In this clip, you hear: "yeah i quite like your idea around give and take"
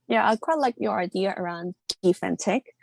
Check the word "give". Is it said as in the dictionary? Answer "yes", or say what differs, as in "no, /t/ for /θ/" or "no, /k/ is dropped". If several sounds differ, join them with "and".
no, /f/ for /v/